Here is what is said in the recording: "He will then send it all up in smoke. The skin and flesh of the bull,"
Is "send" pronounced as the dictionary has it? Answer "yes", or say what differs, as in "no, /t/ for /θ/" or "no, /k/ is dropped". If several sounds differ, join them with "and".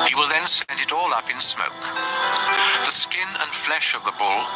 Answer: yes